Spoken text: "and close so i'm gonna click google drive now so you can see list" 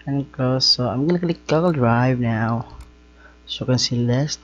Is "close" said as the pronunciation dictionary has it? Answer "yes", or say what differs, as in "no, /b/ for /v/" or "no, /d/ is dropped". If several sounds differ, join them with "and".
no, /l/ is dropped